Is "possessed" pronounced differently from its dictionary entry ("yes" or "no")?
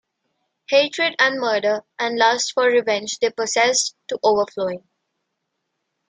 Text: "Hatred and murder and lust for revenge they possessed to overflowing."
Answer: yes